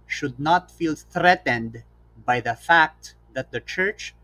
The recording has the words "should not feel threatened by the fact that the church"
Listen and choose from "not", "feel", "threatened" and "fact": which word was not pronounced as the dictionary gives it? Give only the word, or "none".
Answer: none